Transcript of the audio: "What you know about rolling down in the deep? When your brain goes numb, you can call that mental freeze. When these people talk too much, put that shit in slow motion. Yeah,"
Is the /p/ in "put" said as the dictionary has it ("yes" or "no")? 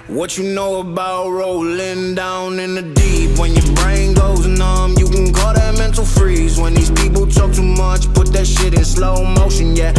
yes